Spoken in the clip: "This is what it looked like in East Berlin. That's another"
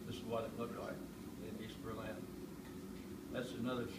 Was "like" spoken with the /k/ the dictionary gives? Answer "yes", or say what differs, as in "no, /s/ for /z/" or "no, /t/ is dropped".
no, /k/ is dropped